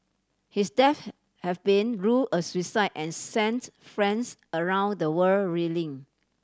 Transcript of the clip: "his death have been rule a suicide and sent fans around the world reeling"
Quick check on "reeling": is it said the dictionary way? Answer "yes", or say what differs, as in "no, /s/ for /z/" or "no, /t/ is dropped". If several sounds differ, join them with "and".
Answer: yes